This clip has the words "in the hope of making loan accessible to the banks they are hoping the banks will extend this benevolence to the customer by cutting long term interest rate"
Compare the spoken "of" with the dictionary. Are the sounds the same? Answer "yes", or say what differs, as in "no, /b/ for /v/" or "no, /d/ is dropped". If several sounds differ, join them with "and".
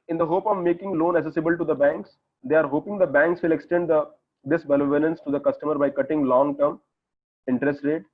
yes